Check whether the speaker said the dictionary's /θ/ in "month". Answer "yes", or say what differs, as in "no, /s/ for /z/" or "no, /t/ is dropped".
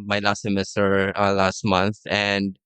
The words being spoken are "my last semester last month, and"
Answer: yes